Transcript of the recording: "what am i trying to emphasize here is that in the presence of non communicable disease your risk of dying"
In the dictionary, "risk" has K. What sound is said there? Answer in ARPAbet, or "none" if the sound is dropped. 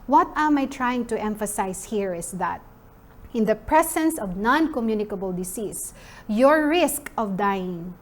K